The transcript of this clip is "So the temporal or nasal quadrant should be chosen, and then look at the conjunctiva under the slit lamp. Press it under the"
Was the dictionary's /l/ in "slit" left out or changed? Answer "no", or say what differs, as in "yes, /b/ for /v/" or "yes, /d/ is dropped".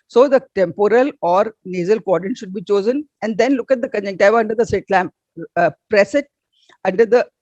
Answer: yes, /l/ is dropped